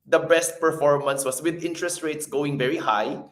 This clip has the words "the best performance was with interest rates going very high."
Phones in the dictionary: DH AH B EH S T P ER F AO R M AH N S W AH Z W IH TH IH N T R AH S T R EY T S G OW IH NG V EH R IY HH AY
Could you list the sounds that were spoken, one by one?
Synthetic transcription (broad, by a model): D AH B EH S T P ER F AO R M AH N S W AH S W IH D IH N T R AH S T R EY T S G OW IH NG V EH R IY HH AY